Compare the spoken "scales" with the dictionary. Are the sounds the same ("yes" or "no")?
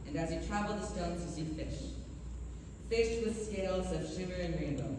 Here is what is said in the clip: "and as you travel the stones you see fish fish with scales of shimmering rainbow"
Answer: yes